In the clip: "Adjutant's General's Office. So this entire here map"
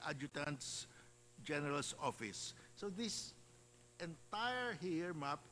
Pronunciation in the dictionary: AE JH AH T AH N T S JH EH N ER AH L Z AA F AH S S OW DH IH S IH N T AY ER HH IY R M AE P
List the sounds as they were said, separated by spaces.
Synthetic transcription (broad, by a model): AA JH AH T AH N T S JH EH N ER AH L S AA F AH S S OW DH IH S IH N T AY ER HH IY R M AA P